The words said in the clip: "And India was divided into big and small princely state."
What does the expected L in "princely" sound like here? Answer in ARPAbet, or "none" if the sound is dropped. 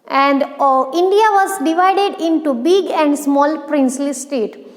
L